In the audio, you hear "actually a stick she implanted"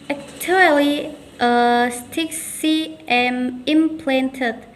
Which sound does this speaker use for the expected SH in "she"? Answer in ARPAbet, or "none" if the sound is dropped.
S